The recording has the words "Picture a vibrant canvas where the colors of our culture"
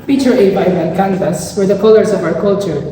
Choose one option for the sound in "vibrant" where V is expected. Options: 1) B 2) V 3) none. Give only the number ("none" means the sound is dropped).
1